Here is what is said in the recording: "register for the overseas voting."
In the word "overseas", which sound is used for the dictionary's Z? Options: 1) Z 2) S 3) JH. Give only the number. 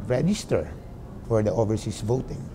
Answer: 2